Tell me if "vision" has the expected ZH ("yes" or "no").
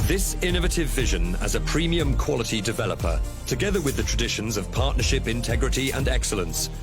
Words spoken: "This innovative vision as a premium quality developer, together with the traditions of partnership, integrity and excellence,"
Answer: yes